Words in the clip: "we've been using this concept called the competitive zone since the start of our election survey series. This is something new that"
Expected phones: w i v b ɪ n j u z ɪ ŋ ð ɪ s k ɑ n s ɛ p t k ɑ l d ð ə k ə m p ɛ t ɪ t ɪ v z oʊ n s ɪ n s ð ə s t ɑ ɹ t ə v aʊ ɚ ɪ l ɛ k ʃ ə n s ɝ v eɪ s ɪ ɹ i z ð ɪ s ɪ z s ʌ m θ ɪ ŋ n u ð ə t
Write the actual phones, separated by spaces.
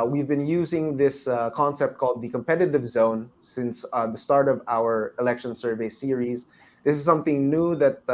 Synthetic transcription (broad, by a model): w i v b ɪ n j u z ɪ ŋ ð ɪ s k ɑ n s ɛ p t k ɑ l d ð ə k ə m p ɛ t ɪ t ɪ v z oʊ n s ɪ n s ð ə s t ɑ ɹ t ə v aʊ ɚ ɪ l ɛ k ʃ ə n s ɝ v eɪ s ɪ ɹ i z ð ɪ s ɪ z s ʌ m θ ɪ ŋ n u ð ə t